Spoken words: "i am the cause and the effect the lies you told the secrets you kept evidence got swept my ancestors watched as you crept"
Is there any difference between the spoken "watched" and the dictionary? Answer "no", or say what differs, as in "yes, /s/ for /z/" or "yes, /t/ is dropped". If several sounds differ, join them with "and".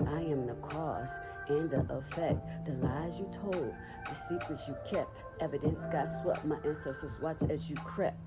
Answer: yes, /t/ is dropped